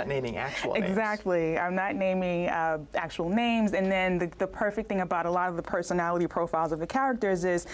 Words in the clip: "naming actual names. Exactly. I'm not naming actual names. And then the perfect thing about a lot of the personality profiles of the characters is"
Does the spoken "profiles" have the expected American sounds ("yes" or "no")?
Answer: yes